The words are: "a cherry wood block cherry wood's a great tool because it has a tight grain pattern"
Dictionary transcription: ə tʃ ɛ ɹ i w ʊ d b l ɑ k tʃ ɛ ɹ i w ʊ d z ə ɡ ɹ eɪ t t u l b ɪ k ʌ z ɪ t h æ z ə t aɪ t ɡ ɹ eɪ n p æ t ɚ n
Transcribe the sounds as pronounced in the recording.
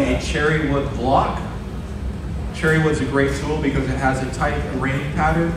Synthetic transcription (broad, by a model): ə tʃ ɛ ɹ i w ʊ d b l ɑ k tʃ ɛ ɹ i w ʊ d z ə ɡ ɹ eɪ t s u l b ɪ k ʌ z ɪ t h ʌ z ə t aɪ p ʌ ɹ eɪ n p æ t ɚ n